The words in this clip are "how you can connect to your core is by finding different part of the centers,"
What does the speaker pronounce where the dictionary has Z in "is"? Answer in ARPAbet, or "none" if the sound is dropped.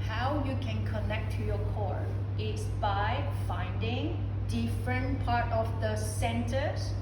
S